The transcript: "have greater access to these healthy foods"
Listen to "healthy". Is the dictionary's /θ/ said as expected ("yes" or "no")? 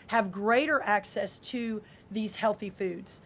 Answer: yes